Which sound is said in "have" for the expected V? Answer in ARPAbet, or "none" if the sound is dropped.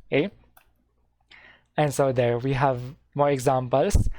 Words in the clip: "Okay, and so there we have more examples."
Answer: V